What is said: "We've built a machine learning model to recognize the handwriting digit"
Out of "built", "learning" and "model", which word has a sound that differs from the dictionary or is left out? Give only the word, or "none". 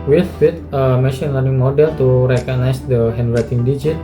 built